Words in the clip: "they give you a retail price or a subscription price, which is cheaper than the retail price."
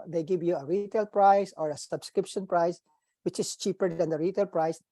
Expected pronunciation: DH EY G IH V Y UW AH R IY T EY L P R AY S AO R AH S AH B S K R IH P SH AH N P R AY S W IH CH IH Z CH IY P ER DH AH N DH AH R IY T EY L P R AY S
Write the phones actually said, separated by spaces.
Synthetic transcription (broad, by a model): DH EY G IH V Y UW AH R IY T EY L P R AY S AO R AH S AH B S K R IH P SH AH N P R AY S W IH CH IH S CH IY P ER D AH N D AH R IY T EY L P R AY S